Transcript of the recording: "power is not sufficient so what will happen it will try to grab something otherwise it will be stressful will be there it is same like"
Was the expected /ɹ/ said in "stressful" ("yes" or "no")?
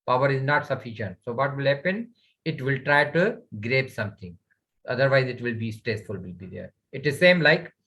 yes